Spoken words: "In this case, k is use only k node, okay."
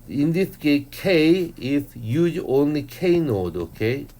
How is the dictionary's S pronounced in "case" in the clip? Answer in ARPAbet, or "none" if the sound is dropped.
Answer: none